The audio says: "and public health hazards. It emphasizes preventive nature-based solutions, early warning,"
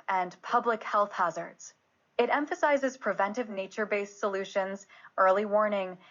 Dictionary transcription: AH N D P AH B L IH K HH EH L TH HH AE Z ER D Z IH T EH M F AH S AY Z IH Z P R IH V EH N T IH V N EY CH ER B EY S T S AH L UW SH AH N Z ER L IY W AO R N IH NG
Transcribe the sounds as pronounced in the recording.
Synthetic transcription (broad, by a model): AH N P AH B L IH K HH EH L TH HH AE Z ER D Z IH T EH M F AH S AY Z IH Z P R IH V EH N T IH V N EY CH ER B EY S S AH L UW SH AH N Z ER L IY W AO R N IH NG